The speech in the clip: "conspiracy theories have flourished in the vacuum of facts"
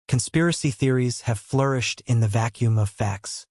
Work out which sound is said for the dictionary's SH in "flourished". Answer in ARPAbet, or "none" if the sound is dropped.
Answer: SH